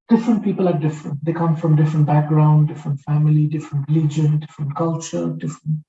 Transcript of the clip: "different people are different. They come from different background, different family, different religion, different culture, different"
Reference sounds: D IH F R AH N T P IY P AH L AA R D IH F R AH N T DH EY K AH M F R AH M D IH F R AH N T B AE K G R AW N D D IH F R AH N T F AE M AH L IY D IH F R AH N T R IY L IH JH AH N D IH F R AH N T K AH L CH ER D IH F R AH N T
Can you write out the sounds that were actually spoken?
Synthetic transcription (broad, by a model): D IH F R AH N T P IY P AH L AA R D IH F R AH N T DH EY K AH M F R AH M D IH F R AH N T B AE K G R AW N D D IH F R AH N T F AE M AH L IY D IH F R AH N T L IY JH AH N D IH F R AH N T K AH L CH ER D IH F R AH N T